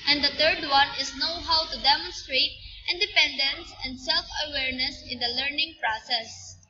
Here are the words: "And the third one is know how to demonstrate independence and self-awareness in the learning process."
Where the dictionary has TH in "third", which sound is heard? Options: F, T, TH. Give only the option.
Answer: T